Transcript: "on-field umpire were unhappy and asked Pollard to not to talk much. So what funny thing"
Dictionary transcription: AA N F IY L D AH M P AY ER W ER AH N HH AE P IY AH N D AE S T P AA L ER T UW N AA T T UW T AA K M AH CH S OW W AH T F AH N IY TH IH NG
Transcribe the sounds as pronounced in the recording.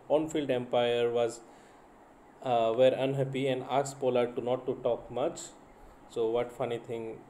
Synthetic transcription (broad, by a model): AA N F IY L D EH M P AY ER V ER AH N HH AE P IY AH N D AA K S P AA L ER T UW N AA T T UW T AA K M AH CH S OW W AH T F AH N IY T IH NG